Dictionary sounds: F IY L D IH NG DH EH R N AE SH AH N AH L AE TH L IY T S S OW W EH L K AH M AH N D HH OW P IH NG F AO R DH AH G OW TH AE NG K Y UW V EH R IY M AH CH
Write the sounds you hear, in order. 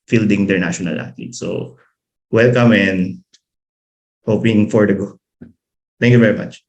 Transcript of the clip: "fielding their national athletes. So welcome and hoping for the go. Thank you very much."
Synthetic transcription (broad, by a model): F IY L D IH NG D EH R N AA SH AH N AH L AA T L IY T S S OW W EH L K AH M AH N D HH OW P IH NG F AO R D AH G OW T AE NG K Y UW V EH R IY M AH CH